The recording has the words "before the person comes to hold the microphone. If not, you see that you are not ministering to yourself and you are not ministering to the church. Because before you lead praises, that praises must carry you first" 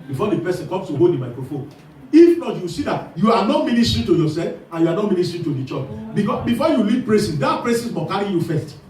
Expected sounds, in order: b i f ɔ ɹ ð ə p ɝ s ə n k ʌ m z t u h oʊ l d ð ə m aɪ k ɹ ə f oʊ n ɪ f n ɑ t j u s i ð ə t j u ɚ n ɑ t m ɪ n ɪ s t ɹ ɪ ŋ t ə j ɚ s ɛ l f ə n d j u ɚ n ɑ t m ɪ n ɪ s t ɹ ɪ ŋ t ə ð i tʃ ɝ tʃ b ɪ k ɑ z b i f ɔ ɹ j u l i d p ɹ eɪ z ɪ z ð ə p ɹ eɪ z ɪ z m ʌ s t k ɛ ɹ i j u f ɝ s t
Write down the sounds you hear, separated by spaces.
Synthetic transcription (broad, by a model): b i f ɔ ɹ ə p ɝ s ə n k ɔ m s t u h oʊ l d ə m aɪ k ɹ ə f oʊ n ɪ f n ɑ t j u s i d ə t j u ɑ n ɑ t m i n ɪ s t ɹ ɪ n t ə j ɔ s ɛ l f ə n j u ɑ n ɑ t m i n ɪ s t ɹ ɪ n t ə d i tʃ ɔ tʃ b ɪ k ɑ b i f ɔ j u l i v p ɹ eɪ s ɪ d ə p ɹ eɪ s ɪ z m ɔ k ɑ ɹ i j u f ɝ s t